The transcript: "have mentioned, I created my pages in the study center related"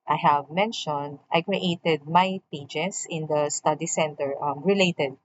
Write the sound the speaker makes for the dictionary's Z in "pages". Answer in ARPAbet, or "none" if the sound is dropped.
S